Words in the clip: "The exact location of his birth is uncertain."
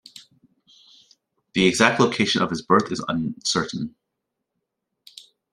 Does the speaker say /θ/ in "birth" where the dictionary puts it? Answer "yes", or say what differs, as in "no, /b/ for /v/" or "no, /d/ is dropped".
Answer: yes